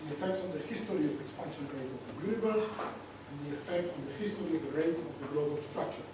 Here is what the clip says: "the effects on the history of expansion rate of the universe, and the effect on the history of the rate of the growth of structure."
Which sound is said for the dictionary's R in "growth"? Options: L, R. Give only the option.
L